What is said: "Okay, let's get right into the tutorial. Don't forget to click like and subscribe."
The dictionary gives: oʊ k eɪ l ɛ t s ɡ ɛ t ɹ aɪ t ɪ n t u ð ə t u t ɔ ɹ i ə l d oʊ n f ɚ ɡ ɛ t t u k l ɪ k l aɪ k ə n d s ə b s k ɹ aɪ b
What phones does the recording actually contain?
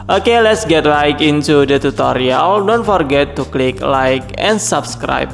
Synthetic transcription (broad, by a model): oʊ k eɪ l ɛ t s ɡ ɛ t l aɪ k ɪ n t u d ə t u t ɔ ɹ i ə l d oʊ n f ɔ ɡ ɛ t t u k l ɪ k l aɪ k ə n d s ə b s k ɹ aɪ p